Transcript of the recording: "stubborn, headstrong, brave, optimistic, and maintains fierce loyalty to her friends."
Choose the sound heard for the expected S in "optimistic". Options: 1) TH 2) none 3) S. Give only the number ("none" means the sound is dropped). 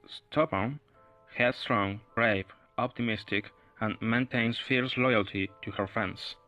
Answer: 3